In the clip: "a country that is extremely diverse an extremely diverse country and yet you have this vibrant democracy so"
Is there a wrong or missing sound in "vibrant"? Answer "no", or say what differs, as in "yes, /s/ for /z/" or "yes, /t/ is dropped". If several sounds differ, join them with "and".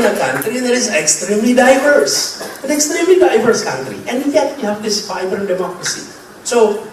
yes, /ɹ/ is dropped and /n/ is dropped